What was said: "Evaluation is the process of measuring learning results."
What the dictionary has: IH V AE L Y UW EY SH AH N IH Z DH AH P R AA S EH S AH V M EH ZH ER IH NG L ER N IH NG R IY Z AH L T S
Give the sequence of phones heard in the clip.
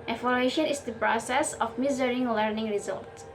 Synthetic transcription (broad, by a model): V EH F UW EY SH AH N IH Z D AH P R AA S EH S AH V M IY Z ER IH NG L ER N IH NG R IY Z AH L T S